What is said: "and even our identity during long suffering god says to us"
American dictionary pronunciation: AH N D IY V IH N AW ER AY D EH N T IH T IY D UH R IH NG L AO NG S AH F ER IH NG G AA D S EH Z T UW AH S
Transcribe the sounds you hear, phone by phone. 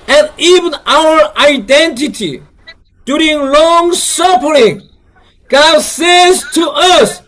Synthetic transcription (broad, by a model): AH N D IY V IH N AW ER AY D EH N T IH T IY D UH R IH NG L AO NG S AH P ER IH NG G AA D S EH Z T UW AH S